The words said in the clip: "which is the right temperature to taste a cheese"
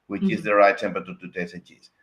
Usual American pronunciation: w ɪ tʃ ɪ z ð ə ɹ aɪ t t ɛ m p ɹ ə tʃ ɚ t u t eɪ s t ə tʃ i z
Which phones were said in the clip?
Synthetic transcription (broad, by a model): w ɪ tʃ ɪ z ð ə ɹ aɪ t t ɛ m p ə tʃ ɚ t u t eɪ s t ə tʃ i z